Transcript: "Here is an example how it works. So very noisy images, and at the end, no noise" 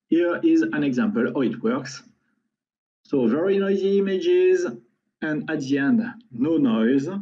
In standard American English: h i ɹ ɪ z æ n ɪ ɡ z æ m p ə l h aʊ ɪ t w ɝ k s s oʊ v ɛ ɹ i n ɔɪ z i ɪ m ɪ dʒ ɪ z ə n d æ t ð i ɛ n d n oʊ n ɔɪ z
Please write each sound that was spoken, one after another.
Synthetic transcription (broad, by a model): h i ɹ ɪ z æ n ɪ ɡ z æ m p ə l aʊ ɪ t w ɝ k s s oʊ v ɛ ɹ i n ɔɪ z i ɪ m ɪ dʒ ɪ z ə n d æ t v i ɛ n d n oʊ n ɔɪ z